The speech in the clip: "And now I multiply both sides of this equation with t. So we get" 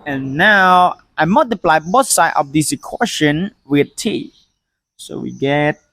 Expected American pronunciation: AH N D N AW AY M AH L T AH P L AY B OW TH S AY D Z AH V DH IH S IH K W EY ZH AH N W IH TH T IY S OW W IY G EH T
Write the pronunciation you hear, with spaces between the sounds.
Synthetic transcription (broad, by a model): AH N N AW AY M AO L T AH P L AY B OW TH S AY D AH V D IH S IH K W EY SH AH N W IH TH T IY S OW W IY G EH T